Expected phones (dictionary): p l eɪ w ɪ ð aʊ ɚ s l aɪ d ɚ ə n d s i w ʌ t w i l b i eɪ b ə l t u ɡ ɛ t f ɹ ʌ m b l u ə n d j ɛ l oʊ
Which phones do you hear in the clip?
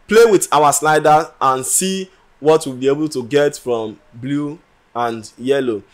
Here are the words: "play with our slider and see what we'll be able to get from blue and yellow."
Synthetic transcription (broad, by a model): p l eɪ w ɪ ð aʊ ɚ s n aɪ d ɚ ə n s i w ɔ t w i l b i eɪ b ə l t u ɡ ɛ t f ɹ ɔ m b l u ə n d j ɛ l oʊ